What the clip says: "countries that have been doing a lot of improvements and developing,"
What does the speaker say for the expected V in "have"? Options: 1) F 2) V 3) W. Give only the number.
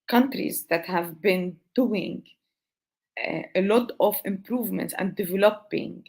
2